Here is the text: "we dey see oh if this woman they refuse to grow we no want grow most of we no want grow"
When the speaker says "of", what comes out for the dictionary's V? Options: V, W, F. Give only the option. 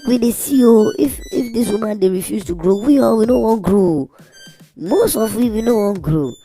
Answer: W